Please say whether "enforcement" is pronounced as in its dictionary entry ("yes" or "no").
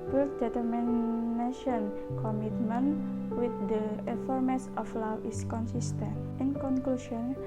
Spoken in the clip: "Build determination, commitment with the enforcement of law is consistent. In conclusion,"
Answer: no